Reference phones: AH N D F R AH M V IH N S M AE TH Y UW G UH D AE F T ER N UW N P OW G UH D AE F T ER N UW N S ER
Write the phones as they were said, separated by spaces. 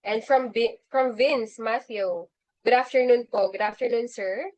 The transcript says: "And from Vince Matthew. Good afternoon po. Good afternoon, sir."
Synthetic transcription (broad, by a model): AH N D F R AH M V IH N S M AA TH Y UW G UH D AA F T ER N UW N P OW G UH D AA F T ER N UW N S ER